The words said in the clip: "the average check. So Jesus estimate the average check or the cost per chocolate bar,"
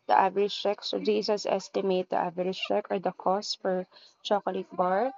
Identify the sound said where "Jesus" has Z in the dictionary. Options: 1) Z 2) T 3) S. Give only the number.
3